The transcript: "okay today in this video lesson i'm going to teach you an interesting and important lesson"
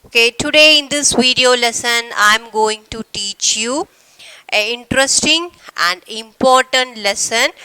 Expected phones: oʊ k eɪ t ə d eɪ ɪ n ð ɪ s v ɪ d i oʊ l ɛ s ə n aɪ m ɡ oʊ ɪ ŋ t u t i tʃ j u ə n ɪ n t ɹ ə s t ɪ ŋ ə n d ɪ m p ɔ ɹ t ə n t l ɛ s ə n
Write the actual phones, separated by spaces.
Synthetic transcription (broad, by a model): oʊ k eɪ t ə d eɪ ɪ n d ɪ s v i d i oʊ l ɛ s ə n aɪ m ɡ oʊ ɪ ŋ t u t i tʃ j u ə ɪ n t ɹ ə s t ɪ ŋ ə n d ɪ m p ɔ ɹ t ə n t l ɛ s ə n